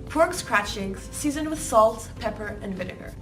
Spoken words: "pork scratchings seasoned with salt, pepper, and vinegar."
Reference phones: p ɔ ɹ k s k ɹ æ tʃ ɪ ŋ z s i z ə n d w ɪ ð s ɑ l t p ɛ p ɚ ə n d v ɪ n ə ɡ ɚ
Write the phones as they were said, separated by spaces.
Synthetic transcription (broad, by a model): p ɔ ɹ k s k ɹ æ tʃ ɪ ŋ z s i z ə n w ɪ ð s ɑ l t p ɛ p ɚ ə n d v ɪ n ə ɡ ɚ